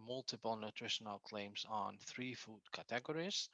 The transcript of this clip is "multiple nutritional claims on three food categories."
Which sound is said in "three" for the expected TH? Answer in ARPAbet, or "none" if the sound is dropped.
TH